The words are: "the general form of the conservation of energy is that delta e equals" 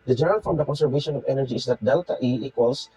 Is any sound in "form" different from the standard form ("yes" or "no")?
yes